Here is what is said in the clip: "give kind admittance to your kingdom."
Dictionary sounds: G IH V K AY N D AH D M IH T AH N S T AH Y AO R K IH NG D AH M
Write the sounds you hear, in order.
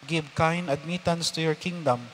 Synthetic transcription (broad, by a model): G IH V K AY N AH D M IH T AH N S T AH Y AO R K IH NG D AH M